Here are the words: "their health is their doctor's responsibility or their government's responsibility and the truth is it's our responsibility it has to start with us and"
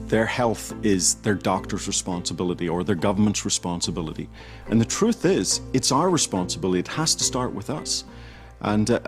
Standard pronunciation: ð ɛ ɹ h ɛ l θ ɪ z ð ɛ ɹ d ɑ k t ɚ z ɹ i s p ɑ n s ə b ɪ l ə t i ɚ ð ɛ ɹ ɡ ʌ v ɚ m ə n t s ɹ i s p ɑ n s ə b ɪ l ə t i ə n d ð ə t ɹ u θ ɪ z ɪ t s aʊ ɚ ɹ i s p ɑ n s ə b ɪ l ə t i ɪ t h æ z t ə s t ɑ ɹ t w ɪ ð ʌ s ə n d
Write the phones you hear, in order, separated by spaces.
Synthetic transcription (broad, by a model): ð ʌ ɹ h ɛ l θ ɪ z ð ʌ ɹ d ɑ k t ɚ z ɹ i s p ɑ n s ə b ɪ l ə t i ɚ ð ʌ ɹ ɡ ʌ v ɚ m ə n t s ɹ i s p ɑ n s ə b ɪ l ə t i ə n ð ə t ɹ u θ ɪ z ɪ t s aʊ ɚ ɹ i s p ɑ n s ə b ɪ l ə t i ɪ t h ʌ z t ə s t ɑ ɹ t w ɪ ð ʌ s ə n